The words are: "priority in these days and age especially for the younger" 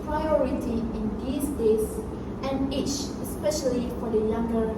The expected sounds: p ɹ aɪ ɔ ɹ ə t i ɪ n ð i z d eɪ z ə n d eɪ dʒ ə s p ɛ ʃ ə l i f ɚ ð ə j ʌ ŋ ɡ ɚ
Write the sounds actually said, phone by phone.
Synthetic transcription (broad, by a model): p ɹ aɪ ɔ ɹ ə t i ɪ n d i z d eɪ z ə n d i tʃ ə s p ɛ ʃ ə l i f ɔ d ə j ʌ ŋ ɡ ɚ